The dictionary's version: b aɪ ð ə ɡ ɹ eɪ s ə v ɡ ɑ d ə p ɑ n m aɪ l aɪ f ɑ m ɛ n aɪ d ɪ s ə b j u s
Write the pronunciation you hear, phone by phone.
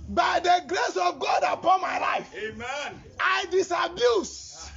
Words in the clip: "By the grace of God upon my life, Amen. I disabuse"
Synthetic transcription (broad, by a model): b aɪ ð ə ɡ ɹ eɪ s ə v ɡ ɑ d ə p ɑ n m aɪ l aɪ f ɑ ɪ d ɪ s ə b j u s